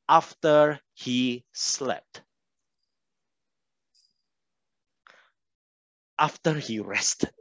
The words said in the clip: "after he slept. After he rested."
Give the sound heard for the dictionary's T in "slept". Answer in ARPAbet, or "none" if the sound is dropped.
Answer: T